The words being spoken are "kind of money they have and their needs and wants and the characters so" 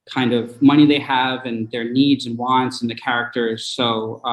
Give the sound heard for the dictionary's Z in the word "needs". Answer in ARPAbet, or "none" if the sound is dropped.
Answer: Z